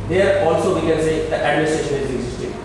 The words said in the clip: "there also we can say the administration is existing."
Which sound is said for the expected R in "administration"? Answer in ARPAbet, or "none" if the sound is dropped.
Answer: R